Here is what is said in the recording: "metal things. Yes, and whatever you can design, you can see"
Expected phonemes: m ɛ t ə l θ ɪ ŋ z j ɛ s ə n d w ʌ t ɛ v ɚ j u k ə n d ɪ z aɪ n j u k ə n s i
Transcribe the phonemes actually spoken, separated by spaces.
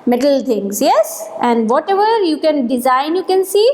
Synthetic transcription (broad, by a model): m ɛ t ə l t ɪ ŋ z j ɛ s ə n d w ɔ t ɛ v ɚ j u k ə n d ɪ z aɪ n j u k ə n s i